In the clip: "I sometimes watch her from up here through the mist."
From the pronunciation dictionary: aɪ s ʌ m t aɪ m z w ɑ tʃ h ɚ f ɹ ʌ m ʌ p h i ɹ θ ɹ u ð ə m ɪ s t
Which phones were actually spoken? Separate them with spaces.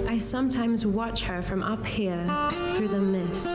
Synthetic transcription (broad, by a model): aɪ s ʌ m t aɪ m z w ɑ tʃ h ɚ f ɹ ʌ m ʌ p h i ɹ θ ɹ u ð ə m ɪ s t